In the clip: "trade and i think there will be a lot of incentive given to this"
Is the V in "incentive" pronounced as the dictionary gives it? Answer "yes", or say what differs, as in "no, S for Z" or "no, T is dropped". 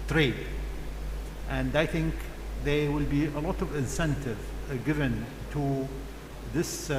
yes